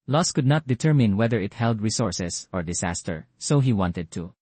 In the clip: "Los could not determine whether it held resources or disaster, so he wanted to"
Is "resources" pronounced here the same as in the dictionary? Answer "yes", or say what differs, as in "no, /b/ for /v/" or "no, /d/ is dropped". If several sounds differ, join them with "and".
no, /s/ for /z/